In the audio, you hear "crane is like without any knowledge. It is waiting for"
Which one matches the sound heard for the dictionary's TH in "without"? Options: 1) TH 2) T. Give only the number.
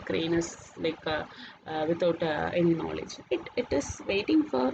2